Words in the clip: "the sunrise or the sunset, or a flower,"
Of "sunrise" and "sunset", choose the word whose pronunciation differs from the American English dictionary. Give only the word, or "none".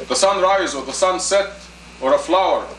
none